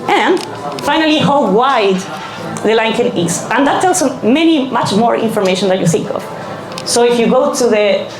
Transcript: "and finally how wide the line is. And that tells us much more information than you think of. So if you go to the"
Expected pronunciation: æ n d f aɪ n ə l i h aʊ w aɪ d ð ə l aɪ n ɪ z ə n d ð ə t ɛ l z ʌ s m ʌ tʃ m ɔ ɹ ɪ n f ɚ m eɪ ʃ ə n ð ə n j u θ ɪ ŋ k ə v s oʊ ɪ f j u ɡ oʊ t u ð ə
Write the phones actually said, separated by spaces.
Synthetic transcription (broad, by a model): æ n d f aɪ n ə l i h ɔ w aɪ d ð ə l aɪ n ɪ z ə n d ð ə t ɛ l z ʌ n m ʌ tʃ m ɔ ɹ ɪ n f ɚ m eɪ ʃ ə n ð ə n j u θ ɪ ŋ k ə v s oʊ ɪ f j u ɡ oʊ t u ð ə